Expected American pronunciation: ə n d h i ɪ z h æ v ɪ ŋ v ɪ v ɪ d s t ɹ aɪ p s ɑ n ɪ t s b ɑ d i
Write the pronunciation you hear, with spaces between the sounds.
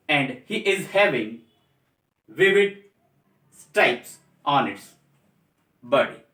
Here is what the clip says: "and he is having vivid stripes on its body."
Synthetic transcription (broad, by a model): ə n d h i ɪ z h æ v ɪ ŋ v ɪ v ɪ d s t aɪ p s ɑ n ɪ t s b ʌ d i